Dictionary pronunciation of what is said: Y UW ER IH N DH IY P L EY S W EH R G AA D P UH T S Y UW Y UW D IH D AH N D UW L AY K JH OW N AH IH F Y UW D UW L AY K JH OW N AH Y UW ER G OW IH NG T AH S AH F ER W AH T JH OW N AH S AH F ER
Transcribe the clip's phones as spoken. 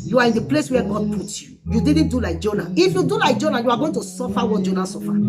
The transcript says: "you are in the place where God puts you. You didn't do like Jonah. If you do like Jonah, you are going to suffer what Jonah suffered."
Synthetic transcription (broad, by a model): Y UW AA IH N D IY P L EY S W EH G AA D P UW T Y UW Y UW D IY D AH N D UW L AY K JH OW N AH IH F Y UW D UW L AY K JH OW N AH Y UW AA G OW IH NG T AH S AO F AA W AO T JH OW N AH S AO F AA